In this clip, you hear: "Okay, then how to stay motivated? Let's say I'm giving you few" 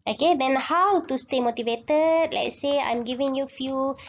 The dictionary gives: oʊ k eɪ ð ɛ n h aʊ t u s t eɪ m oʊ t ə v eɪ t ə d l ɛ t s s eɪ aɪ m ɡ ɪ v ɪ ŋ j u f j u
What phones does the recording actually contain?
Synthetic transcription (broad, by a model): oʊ k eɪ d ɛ n h aʊ t u s t eɪ m oʊ t ə v eɪ t ə d l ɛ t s s eɪ aɪ m ɡ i v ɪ ŋ j u f j u